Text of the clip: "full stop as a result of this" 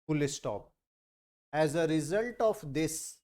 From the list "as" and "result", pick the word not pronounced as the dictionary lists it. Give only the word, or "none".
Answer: none